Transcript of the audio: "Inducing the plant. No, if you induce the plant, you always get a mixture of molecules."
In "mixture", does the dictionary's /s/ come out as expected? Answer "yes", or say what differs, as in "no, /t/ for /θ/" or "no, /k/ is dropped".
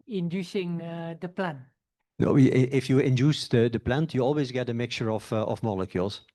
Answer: no, /s/ is dropped